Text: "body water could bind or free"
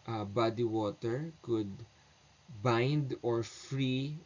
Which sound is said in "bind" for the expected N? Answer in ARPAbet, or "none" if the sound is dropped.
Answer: N